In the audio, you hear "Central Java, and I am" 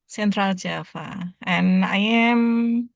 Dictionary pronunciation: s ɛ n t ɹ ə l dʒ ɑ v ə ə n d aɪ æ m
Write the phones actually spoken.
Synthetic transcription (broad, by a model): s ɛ n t ɹ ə l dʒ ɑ f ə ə n aɪ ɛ m